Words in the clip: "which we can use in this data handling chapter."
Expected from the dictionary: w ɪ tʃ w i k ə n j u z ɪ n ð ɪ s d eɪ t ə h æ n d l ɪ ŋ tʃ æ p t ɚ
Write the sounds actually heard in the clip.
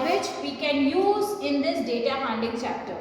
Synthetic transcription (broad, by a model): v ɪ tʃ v i k ə n j u z ɪ n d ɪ s d eɪ t ə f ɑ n d ɪ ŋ tʃ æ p t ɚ